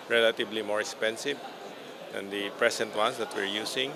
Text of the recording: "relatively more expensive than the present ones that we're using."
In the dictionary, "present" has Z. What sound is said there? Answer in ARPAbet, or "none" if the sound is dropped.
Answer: S